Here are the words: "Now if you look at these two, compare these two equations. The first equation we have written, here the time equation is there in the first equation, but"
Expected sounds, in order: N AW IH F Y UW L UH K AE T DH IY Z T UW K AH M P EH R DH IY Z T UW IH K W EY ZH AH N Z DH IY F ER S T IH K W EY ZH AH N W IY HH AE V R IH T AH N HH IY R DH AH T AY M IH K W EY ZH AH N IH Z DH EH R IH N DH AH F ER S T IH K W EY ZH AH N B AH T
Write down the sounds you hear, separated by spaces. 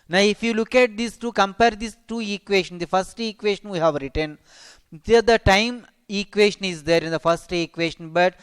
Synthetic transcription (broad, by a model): N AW IH F Y UW L UH K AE T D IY S T UW K AH M P EH R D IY S T UW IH K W EY SH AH N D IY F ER S T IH K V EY SH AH N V IY HH AE V R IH T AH N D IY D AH T AY M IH K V EY SH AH N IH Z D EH R IH N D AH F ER S T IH K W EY SH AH N B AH T